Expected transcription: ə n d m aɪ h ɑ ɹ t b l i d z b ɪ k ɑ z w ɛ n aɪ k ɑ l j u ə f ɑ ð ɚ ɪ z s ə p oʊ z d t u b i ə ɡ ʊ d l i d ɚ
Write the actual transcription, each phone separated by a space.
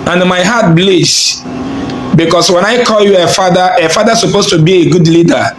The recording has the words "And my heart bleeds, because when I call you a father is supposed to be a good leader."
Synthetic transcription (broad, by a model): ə n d m aɪ h ɑ t b l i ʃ b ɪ k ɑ s w ɛ n aɪ k ɑ l j u ə f ɑ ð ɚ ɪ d s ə p oʊ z t u b i ə ɡ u d l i d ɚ